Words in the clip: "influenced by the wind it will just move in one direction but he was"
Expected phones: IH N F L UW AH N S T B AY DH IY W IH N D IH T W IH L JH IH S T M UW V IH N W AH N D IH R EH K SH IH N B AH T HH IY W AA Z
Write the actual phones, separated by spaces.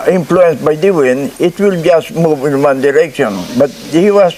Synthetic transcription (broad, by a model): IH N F L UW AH N S B AY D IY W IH N IH T W IH L JH IH S T M UW V IH N W AH N D IH R EH K SH IH N B AH T HH IY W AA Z